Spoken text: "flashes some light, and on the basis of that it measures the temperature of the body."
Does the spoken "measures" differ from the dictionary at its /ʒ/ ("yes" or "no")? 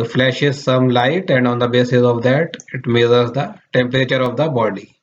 yes